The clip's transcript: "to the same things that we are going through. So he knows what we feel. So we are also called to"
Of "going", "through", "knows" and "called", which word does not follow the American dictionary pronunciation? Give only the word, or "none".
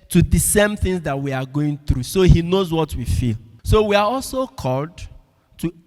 none